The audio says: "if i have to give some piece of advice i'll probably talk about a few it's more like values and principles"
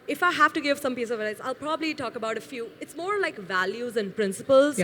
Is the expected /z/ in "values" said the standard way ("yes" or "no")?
yes